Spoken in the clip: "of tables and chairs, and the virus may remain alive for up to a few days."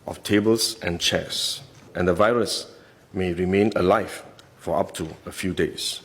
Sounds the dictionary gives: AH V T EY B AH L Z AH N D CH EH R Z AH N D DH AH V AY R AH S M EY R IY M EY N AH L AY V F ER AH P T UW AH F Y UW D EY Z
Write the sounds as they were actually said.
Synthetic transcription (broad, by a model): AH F T EY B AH L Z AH N CH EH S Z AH N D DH AH V AY R AH S M EY R IY M EY N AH L AY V F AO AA P T UW AH F Y UW D EY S